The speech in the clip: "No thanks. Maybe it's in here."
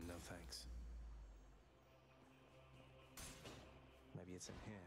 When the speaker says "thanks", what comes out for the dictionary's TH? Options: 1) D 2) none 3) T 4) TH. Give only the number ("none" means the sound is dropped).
4